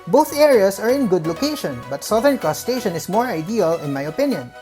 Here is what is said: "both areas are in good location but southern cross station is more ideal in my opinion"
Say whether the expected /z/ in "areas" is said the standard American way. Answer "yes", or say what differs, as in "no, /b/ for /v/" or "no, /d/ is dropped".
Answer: no, /s/ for /z/